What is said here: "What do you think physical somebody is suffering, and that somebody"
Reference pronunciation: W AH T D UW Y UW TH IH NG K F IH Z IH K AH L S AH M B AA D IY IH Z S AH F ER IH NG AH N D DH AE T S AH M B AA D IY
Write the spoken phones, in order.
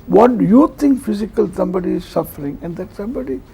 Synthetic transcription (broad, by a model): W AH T D UW Y UW T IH NG K F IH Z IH K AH L S AH M B AA D IY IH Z S AH F ER IH NG AH N D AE T S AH M B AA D IY